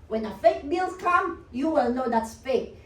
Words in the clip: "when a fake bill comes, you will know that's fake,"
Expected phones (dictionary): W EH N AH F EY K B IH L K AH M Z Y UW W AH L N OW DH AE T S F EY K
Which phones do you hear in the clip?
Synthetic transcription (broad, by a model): W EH N AH F EY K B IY L K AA M Y UW W AH L N OW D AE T S F EY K